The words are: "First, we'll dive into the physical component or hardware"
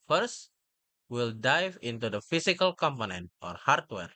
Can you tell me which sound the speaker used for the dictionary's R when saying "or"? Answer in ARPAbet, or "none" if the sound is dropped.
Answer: R